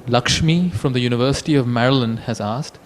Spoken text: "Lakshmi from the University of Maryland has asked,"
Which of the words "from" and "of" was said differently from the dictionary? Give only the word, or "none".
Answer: none